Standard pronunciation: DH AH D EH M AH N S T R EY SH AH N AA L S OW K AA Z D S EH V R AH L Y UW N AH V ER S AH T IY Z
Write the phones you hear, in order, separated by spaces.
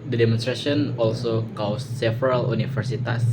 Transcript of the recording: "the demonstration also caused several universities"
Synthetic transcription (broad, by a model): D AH D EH M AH N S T R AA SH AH N AA L S OW K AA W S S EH F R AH L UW N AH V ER S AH T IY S